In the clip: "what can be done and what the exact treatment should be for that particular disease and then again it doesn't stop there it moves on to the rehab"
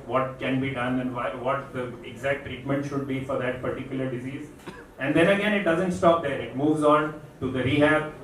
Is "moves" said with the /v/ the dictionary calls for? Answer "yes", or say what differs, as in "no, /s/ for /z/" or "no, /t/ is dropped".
yes